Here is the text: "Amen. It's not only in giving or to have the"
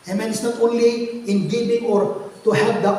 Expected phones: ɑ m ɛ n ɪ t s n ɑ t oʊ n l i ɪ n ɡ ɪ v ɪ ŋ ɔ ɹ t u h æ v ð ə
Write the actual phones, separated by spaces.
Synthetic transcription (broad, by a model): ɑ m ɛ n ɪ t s n ɑ t oʊ n l i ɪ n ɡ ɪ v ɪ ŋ ɔ ɹ t u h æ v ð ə